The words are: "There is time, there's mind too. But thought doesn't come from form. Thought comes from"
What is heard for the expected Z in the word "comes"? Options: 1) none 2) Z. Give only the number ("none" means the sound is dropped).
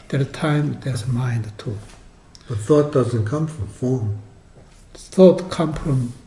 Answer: 1